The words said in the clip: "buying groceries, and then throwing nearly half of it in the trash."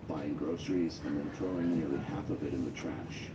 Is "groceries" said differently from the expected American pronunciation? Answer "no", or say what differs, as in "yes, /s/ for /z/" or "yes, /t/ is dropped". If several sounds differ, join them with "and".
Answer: no